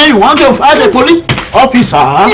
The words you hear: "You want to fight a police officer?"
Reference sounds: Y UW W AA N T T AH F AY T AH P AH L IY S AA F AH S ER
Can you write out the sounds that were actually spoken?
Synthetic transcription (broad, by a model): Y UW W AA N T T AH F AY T AH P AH L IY AA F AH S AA